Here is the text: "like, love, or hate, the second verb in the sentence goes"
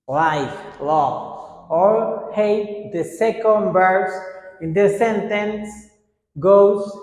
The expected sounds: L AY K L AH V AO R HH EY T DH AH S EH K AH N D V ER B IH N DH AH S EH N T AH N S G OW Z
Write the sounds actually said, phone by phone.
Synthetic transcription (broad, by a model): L AY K L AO AO R HH EY T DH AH S EH K AH N D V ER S IH N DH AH S EH N T AH N S G OW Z